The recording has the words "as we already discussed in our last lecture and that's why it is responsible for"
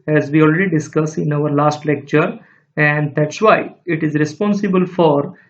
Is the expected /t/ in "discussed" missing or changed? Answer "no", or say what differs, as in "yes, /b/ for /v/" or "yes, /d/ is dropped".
yes, /t/ is dropped